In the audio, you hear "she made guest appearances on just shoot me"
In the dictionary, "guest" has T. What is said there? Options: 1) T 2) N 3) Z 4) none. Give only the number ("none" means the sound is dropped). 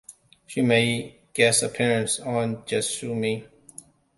4